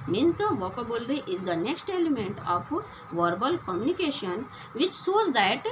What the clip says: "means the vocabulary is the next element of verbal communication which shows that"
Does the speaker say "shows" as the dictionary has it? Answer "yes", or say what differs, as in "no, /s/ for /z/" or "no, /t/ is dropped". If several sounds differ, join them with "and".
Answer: no, /s/ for /ʃ/